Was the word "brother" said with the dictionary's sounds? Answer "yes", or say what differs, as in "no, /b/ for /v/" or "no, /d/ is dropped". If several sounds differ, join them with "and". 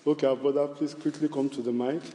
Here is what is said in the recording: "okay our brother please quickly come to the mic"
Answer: no, /ɹ/ is dropped